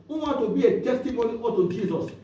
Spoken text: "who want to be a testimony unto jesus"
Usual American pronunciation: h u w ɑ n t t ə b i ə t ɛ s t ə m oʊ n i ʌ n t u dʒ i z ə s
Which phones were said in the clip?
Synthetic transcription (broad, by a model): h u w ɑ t t ə b i ə t ɛ s t ə m oʊ n i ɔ t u dʒ i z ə s